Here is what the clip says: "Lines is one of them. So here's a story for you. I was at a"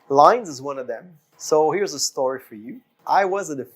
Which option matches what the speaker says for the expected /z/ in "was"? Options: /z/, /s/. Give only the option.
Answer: /z/